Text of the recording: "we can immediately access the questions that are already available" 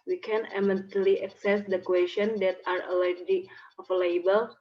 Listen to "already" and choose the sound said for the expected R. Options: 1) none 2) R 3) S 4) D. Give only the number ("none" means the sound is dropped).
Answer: 1